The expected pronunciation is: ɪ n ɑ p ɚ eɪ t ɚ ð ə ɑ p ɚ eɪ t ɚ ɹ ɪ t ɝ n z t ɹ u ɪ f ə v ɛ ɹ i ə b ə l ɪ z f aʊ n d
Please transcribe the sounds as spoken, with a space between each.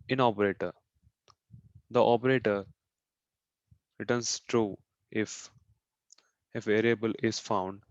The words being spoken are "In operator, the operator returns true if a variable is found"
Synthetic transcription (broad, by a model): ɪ n ɑ p ɚ eɪ t ɚ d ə ɑ p ɚ eɪ t ɚ ɹ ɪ t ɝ n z t ɹ u ɪ f ə f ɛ ɹ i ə b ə l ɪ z f aʊ n d